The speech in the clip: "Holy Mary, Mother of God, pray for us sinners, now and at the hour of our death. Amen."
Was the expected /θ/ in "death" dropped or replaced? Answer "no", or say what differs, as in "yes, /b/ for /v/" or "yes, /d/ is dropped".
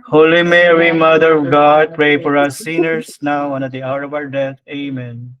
yes, /t/ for /θ/